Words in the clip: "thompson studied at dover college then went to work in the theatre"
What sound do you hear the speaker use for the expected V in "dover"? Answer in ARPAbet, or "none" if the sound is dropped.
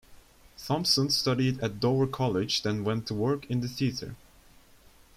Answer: none